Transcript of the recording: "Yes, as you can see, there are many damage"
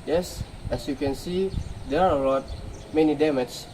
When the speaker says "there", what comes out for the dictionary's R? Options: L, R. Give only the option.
L